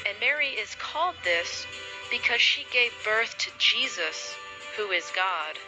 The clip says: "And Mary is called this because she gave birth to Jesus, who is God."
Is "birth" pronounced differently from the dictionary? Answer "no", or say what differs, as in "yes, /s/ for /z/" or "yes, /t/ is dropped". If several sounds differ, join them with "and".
no